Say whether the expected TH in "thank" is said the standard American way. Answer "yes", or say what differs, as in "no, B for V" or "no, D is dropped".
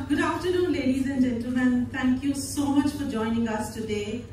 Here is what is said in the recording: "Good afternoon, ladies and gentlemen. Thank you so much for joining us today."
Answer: no, T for TH